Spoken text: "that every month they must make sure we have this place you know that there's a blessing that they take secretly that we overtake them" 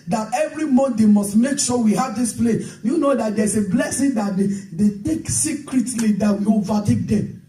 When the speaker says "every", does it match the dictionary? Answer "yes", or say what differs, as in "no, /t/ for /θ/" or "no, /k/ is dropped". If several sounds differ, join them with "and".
yes